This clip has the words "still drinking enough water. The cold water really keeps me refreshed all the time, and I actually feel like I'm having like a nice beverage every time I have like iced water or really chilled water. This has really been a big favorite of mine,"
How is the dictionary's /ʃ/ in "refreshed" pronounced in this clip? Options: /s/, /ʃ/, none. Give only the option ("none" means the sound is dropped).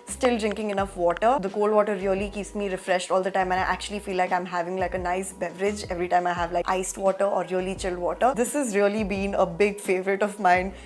/ʃ/